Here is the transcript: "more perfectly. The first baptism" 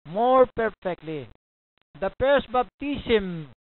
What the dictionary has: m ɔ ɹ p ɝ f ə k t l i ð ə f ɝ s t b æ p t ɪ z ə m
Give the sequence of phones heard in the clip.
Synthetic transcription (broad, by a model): m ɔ ɹ p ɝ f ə k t l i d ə p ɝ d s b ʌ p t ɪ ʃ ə m